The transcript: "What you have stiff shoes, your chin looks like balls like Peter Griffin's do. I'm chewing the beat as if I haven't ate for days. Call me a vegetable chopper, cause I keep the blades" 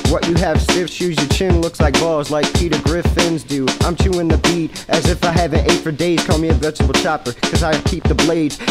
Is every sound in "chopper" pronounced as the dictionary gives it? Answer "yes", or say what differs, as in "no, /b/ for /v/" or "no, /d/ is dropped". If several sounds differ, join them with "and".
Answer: yes